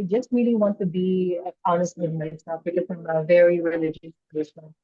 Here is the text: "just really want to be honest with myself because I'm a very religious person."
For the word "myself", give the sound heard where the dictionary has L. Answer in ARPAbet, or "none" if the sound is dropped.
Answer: none